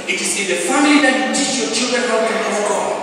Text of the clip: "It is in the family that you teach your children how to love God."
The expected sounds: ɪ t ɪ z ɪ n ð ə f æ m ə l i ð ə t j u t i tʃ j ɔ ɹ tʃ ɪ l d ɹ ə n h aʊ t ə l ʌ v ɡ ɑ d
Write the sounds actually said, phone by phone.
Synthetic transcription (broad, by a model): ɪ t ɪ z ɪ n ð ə f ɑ m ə l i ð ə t j u t i tʃ j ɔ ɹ tʃ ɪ l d ɹ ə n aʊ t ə n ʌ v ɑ